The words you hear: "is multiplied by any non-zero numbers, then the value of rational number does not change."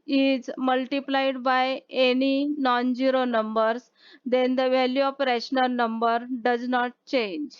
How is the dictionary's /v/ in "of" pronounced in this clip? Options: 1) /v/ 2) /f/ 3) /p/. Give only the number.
3